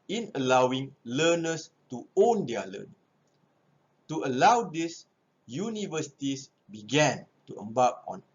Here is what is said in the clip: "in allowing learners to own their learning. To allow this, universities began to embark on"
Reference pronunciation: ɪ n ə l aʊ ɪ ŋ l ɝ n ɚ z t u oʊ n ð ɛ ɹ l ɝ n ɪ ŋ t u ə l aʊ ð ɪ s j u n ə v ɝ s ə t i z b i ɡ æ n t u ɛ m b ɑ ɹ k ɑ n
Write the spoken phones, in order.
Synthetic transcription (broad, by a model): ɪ n ə l aʊ ɪ ŋ l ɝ n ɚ s t u oʊ n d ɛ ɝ l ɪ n t u ə l aʊ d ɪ s j u n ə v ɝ s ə t i s b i ɡ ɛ n t u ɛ m b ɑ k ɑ n